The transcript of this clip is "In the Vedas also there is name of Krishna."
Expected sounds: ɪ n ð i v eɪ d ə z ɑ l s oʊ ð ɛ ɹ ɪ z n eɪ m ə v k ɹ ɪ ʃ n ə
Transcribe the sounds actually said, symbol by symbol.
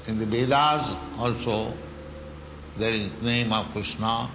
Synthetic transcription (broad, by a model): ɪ n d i b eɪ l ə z ɑ l s oʊ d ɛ ɹ ɪ z n eɪ m ə v k ɹ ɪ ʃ n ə